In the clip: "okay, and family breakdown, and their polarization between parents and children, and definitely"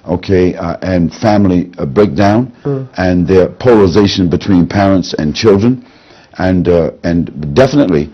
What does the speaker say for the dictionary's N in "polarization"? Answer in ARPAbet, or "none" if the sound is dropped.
N